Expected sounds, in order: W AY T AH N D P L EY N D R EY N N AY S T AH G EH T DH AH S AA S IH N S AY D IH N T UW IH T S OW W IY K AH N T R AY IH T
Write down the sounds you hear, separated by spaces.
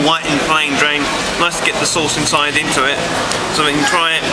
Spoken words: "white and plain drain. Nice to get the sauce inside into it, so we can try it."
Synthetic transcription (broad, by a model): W AY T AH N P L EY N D R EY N L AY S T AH G EH T DH AH S AA S IH N S AY D IH N T UW IH T S OW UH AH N T R AY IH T